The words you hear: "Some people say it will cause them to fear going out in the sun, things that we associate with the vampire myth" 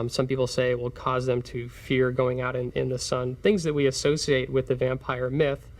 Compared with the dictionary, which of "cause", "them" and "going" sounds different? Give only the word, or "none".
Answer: none